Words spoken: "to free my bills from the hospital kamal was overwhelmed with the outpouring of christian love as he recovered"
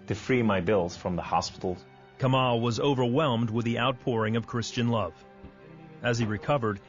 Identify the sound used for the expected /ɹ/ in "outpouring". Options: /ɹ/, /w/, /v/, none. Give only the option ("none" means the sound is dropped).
/ɹ/